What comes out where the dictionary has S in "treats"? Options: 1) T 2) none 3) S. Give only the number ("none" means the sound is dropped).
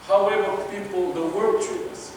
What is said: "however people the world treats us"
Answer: 2